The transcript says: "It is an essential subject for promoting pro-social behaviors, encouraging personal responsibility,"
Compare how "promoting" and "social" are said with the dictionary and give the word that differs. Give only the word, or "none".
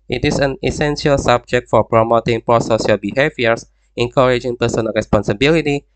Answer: social